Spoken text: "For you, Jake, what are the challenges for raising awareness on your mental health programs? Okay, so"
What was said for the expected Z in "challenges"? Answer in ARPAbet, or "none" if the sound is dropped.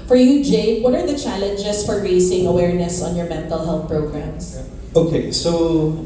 S